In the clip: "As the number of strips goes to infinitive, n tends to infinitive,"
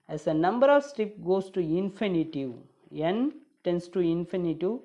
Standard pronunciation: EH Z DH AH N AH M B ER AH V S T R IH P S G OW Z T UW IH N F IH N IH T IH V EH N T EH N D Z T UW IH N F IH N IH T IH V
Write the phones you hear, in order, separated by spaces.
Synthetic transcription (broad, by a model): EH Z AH N AH M B ER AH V S T IH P G OW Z T UW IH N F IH N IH T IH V EH N T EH N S T UW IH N F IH N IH T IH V